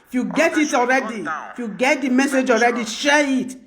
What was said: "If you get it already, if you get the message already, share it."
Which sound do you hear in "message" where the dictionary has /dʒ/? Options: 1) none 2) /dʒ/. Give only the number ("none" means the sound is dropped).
2